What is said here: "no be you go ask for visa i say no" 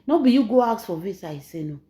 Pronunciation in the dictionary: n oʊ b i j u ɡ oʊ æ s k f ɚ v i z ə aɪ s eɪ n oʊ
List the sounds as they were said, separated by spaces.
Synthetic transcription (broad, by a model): n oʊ b i j u ɡ oʊ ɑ k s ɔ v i s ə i s eɪ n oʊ